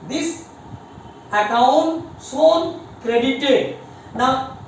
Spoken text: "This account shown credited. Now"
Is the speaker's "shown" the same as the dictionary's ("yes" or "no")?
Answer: no